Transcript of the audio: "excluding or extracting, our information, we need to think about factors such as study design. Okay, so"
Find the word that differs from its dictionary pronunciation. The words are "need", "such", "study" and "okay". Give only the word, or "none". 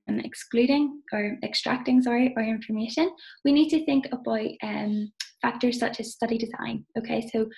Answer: none